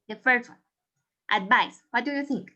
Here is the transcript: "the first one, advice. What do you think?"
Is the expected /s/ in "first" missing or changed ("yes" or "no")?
yes